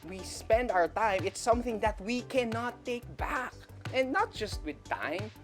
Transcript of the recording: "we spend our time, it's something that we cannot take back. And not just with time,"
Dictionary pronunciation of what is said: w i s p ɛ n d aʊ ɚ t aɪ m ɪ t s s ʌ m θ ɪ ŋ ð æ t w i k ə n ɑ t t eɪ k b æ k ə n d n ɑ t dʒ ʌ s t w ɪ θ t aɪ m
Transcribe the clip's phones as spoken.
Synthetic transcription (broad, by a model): w i s p ɛ n d aʊ ɚ t aɪ m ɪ t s s ʌ m θ ɪ ŋ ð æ t w i k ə n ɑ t t eɪ k b æ k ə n n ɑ t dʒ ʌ s t w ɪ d t aɪ m